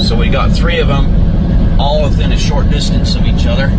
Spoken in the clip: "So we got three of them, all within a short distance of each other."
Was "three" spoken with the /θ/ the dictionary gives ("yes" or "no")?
yes